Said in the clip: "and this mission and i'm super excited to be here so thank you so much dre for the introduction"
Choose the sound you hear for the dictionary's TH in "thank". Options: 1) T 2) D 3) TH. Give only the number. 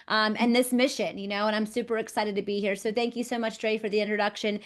3